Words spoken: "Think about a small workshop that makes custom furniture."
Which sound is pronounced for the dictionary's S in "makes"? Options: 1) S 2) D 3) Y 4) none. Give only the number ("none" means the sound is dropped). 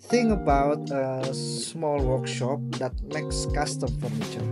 1